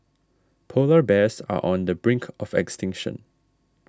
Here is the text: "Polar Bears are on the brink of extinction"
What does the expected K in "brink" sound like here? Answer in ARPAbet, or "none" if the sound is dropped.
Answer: K